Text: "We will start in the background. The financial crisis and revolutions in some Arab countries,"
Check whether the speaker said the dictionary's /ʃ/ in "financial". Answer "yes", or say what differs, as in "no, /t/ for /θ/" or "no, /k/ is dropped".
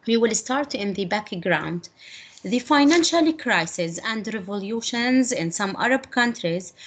yes